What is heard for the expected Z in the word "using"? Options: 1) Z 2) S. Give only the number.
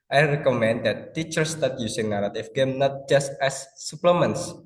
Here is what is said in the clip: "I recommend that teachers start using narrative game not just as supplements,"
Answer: 2